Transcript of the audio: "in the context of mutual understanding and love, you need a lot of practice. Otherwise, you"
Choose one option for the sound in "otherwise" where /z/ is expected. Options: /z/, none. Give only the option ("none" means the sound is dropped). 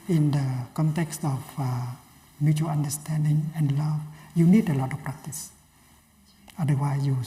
none